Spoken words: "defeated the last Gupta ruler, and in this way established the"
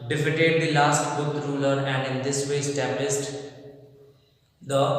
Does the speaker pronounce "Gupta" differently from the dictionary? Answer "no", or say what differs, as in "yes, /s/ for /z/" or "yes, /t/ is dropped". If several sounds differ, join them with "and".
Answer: yes, /p/ is dropped